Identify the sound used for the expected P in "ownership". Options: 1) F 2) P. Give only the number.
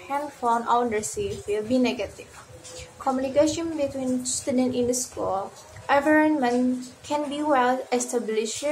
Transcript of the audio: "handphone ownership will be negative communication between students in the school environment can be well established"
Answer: 1